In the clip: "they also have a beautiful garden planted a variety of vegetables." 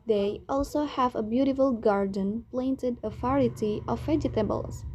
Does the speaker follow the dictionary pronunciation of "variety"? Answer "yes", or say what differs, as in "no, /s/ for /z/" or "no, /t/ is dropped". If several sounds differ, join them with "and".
no, /f/ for /v/